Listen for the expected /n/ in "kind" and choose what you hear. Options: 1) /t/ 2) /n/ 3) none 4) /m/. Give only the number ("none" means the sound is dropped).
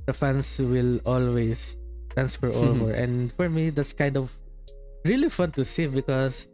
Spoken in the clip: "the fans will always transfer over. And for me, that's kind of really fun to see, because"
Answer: 2